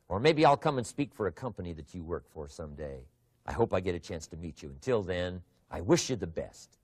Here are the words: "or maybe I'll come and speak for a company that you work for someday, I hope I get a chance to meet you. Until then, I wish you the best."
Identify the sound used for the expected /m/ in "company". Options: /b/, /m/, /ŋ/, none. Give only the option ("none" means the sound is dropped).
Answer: /m/